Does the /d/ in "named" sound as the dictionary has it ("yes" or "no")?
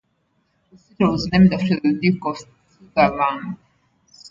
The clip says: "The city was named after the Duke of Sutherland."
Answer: yes